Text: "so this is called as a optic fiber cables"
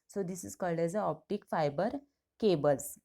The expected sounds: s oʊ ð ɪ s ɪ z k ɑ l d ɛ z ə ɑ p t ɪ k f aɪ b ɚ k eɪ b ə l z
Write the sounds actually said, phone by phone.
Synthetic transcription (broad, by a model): s oʊ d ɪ s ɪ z k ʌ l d ɛ z ə ɑ p t ɪ k f aɪ b ɚ k eɪ b ə l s